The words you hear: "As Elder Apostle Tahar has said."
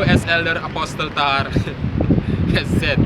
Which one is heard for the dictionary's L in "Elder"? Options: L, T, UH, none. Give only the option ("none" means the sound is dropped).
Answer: L